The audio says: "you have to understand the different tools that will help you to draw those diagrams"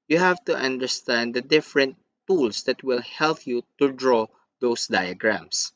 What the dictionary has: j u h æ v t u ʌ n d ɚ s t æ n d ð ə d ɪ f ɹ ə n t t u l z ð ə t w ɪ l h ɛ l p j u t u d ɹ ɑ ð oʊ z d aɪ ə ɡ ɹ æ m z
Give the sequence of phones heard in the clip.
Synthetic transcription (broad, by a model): j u h æ v t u ʌ n d ɚ s t æ n d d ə d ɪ f ɹ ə n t t u l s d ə t w ɪ l h ɛ l p j u t u d ɹ ɑ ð oʊ s d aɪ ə ɡ ɹ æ m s